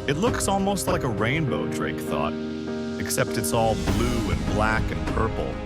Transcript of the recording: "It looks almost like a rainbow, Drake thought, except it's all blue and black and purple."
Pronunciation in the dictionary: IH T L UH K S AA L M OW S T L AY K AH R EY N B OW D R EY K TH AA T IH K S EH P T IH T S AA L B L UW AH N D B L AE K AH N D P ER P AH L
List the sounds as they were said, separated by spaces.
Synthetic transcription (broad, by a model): IH T L UH K S AA L M OW S T L AY K AH R EY N B OW D R EY K TH AA T IH K S EH P T IH T S AA L B L UW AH N B L AE K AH N P ER P L